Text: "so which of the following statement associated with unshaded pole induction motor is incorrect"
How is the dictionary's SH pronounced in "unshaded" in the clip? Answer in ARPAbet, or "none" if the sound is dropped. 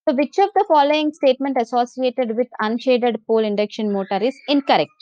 SH